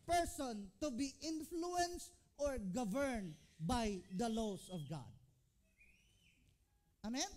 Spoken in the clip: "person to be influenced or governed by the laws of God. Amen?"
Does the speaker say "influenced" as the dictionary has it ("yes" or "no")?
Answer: yes